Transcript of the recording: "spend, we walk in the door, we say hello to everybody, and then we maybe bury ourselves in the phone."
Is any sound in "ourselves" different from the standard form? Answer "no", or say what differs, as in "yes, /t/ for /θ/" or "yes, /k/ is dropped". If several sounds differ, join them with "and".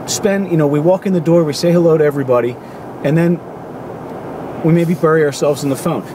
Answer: no